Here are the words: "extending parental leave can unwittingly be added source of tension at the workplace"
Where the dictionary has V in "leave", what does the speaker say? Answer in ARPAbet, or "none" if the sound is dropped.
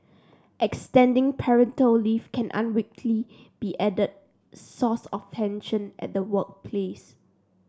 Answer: F